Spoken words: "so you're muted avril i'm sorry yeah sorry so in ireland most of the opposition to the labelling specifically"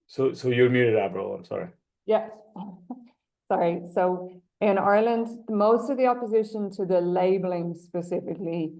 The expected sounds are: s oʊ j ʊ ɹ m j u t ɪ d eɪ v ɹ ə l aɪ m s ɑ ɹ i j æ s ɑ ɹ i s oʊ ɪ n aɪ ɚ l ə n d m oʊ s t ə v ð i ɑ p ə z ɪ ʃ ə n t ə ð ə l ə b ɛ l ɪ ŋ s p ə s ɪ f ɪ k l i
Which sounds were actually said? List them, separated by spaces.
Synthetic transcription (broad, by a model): s oʊ j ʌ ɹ m j u t ɪ d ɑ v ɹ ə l aɪ m s ɑ ɹ i j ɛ s ɑ ɹ i s oʊ ɪ n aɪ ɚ l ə n d m oʊ s t ə v ð i ɑ p ə z ɪ ʃ ə n t ə ð ə l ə b l ɪ ŋ s p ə s ɪ f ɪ k l i